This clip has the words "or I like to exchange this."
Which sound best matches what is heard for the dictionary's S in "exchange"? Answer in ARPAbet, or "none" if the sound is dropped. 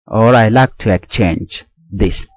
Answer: none